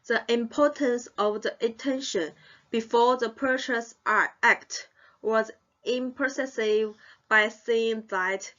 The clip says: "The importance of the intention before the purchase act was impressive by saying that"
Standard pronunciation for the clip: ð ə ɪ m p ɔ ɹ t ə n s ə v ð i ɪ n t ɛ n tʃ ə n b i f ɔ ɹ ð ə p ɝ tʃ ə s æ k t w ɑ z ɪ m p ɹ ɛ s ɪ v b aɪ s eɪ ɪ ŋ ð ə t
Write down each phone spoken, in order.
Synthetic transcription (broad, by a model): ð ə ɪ m p ɔ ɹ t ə n s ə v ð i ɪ t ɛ n ʃ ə n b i f ɔ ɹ ð ə p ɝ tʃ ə s æ k t w ɑ z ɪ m p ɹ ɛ s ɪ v b aɪ s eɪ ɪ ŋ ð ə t